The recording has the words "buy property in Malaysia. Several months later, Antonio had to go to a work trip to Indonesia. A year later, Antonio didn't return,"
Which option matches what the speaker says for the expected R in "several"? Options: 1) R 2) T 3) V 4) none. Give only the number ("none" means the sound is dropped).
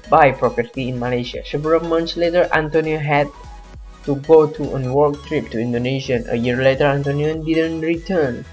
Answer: 4